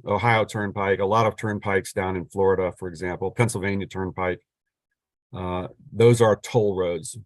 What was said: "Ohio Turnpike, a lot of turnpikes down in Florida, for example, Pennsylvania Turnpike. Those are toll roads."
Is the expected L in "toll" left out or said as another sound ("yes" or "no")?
no